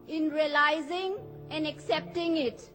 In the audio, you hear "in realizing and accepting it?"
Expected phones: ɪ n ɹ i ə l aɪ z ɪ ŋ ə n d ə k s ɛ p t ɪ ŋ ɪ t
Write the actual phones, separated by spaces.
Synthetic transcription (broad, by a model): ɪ n ɹ i ə l aɪ z ɪ ŋ ə n d ə k s ɛ p t ɪ ŋ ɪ t